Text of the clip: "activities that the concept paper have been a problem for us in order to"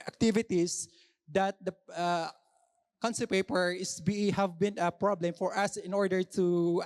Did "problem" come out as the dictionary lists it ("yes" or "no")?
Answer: yes